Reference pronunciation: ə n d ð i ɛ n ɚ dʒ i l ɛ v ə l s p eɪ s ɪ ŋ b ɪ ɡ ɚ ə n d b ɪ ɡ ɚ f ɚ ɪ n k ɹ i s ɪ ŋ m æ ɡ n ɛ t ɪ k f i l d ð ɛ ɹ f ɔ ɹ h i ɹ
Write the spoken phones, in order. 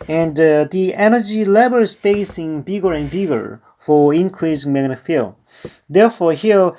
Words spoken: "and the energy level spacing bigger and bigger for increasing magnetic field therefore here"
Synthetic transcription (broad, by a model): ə n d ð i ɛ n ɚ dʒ i l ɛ b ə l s b eɪ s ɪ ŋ b ɪ ɡ ɚ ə n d b ɪ ɡ ɚ f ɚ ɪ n k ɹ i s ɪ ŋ m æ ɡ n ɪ f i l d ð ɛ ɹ f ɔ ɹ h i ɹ